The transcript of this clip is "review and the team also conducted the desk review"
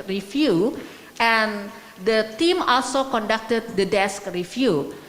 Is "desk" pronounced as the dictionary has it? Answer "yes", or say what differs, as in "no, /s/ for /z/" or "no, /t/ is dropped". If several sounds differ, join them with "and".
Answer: yes